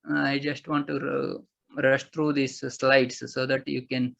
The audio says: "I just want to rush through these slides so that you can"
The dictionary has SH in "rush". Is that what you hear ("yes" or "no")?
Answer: yes